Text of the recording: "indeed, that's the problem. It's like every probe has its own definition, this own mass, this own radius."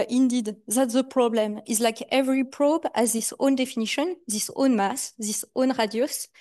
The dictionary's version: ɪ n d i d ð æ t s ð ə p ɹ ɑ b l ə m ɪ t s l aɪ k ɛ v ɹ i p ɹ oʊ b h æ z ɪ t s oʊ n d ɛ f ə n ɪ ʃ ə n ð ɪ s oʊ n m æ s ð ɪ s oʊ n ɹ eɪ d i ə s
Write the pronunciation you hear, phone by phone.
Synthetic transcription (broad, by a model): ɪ n d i d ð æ t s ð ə p ɹ ɑ b l ə m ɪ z l aɪ k ɛ v ɹ i p ɹ oʊ b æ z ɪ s oʊ n d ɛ f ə n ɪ ʃ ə n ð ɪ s oʊ n m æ s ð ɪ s oʊ n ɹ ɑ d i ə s